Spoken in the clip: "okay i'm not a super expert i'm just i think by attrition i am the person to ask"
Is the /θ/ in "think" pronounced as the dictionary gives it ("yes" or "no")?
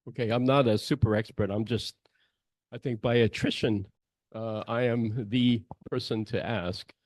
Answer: yes